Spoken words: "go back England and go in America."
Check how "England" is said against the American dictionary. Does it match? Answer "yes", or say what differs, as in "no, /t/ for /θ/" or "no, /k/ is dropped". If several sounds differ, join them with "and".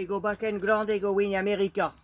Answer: no, /n/ is dropped